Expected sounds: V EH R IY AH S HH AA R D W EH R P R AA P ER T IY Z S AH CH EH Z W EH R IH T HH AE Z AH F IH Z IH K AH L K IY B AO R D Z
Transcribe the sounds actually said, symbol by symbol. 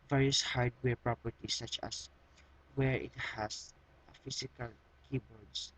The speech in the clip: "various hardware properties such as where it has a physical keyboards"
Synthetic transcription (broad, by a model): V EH R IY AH S HH AA R D W EH R P R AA P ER T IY S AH CH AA S W EH R IH T HH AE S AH F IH S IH K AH L K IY B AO R D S